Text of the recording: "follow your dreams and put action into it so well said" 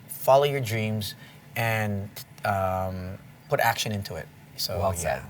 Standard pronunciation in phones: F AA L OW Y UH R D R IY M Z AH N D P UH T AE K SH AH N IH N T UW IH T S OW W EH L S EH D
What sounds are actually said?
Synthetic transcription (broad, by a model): F AA L OW Y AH R D R IY M Z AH N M P UH T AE K SH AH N IH N T UW IH T S OW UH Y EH